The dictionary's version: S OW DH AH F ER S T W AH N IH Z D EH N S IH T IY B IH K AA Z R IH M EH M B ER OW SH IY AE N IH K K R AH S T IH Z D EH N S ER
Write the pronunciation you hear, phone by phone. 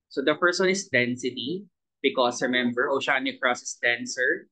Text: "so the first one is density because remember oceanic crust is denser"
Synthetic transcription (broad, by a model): S OW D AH P ER S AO N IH S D EH N S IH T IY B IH K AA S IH M EH M B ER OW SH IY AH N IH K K R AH S IH S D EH N S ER